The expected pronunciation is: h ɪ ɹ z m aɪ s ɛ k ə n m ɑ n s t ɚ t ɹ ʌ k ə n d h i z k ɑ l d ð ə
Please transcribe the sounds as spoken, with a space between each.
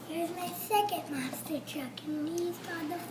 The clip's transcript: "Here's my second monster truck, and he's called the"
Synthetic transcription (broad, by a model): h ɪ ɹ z m aɪ s ɛ k ə n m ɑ s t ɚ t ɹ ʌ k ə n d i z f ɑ d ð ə